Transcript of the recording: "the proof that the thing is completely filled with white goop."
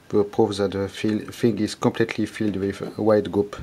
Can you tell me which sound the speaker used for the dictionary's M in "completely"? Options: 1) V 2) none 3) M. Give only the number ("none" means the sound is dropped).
3